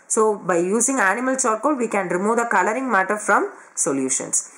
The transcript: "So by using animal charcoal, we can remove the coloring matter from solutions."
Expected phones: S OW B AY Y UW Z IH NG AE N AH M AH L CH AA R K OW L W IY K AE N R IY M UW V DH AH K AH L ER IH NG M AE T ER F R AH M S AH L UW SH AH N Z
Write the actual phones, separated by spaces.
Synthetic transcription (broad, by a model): S OW B AY Y UW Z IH NG AE N AH M AH L S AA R K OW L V IY K AE N R IY M UW V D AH K AH L ER IH NG M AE T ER F R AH M S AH L UW SH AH N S